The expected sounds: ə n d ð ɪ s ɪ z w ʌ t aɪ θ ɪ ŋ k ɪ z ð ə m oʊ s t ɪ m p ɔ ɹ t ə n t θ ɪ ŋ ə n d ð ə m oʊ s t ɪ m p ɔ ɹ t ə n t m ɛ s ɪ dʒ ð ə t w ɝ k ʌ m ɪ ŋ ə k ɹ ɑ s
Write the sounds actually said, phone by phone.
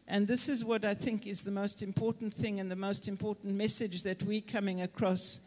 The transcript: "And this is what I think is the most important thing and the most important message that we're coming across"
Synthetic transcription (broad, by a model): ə n ð ɪ s ɪ z w ʌ t aɪ θ ɪ ŋ k ɪ z ð ə m oʊ s t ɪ m p ɔ ɹ t n θ ɪ ŋ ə n ð ə m oʊ s t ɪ m p ɔ ɹ t n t m ɛ s ɪ dʒ ð ə t w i k ʌ m ɪ ŋ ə k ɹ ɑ s